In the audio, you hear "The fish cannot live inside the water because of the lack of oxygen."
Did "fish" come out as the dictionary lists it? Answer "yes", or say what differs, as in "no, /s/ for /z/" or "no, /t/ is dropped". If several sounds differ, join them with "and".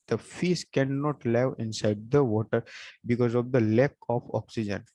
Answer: no, /s/ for /ʃ/